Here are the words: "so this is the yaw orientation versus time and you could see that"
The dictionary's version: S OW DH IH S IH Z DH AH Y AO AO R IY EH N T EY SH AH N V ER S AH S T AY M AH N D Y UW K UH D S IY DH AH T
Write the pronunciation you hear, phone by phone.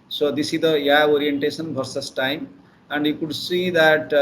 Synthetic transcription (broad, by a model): S OW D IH S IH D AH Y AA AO R IY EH N T EY S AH N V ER S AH S T AY M AH N D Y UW K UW D S IY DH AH T